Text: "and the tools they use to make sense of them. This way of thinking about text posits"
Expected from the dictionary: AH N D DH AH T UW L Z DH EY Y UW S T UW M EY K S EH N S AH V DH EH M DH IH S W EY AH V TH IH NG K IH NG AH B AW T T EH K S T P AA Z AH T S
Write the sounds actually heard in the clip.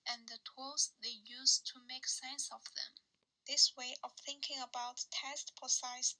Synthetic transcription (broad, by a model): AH N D DH AH T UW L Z DH EY Y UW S T UW M EY K S EH N S AH V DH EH M DH IH S W EY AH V TH IH NG K IH NG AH B AW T T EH S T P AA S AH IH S